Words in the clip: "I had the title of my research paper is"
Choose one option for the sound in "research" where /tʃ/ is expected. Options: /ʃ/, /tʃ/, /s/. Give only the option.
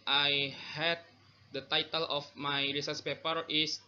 /s/